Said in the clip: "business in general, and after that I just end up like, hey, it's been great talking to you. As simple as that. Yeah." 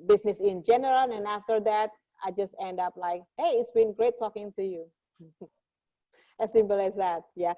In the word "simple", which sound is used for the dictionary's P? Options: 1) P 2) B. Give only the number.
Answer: 2